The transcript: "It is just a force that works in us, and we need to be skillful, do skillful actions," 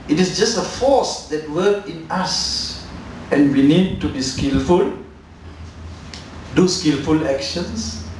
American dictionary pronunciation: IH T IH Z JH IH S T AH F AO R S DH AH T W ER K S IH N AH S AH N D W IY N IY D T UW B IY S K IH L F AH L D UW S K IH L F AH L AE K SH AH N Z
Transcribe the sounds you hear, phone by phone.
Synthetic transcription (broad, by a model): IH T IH S JH IH S T AH F AO S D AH T W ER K IH N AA S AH N W IY N IY D T UW B IY S K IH L F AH L D UW S K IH L F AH L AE K SH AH N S